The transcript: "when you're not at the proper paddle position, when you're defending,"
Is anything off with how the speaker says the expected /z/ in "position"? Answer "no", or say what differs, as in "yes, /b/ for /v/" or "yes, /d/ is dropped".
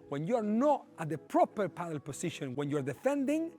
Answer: yes, /s/ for /z/